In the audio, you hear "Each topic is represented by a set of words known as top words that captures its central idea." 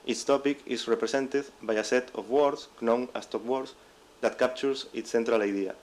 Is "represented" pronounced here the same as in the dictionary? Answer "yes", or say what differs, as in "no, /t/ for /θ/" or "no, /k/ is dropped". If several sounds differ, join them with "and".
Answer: no, /s/ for /z/